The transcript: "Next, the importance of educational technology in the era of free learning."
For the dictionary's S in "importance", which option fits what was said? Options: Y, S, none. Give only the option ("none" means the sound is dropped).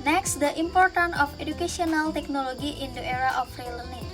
none